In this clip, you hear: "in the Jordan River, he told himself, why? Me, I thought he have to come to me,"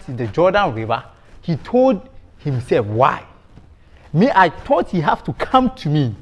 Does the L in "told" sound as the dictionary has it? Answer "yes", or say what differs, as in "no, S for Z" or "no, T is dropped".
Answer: yes